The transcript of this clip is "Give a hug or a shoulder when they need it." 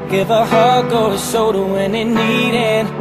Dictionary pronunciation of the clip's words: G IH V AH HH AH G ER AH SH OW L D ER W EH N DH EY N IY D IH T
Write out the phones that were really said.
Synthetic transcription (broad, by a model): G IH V AH HH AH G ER AH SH OW D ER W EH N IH N IY D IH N